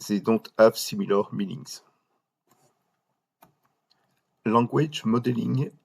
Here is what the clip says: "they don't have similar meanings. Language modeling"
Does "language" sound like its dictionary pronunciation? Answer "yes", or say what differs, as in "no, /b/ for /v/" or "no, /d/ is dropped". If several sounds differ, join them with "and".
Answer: no, /ŋ/ is dropped